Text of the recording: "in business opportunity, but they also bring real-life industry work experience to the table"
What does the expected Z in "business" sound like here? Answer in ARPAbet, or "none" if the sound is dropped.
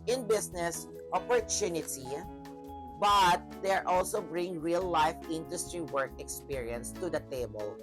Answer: S